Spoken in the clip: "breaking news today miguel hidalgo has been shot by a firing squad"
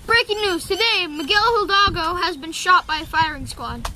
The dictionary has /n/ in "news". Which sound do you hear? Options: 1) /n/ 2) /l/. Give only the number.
1